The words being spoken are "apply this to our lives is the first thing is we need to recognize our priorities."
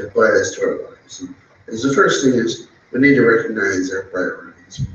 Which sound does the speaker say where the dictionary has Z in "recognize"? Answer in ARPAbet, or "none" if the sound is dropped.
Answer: Z